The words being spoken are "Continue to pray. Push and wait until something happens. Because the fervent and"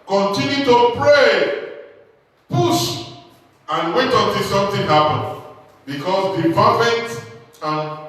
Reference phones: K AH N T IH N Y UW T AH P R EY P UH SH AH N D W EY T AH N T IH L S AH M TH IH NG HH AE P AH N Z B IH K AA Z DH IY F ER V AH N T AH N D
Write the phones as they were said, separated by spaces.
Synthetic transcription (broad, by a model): K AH N T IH N Y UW T AH P R EY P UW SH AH N W EY T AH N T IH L S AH M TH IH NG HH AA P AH N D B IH K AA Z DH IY P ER F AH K T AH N